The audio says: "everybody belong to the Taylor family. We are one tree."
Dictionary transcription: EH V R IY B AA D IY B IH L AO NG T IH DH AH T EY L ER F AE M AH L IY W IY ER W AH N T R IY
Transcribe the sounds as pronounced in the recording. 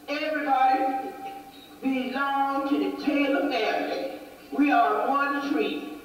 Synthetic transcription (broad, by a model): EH V R IY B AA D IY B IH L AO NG T IH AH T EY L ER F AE AH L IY W IY ER W AH N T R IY